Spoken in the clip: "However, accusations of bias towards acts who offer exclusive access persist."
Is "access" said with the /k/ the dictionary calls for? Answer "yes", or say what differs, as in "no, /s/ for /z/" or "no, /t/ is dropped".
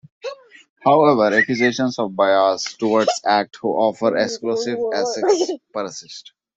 no, /k/ is dropped